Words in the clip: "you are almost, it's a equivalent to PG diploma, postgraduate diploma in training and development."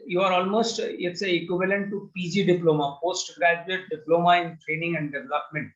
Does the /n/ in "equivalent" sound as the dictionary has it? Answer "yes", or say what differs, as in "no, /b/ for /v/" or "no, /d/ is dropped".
yes